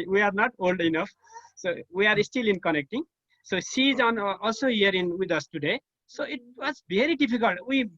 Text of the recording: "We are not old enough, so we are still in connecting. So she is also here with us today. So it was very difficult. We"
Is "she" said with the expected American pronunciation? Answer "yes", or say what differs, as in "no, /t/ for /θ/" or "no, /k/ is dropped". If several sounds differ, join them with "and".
no, /s/ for /ʃ/